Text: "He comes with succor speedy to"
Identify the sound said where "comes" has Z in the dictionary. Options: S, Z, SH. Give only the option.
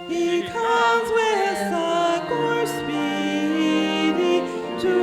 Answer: Z